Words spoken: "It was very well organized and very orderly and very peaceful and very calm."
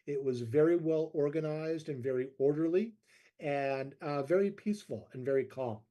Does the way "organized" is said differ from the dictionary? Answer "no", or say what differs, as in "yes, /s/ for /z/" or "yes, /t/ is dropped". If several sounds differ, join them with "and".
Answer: no